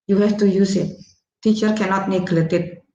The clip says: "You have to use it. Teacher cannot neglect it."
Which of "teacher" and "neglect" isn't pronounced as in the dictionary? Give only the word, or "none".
neglect